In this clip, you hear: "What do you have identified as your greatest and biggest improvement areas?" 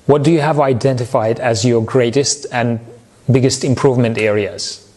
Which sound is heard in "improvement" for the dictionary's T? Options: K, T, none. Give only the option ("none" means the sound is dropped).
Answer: T